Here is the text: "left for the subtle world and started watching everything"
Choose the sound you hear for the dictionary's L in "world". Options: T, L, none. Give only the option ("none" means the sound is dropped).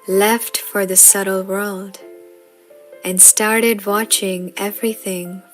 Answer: L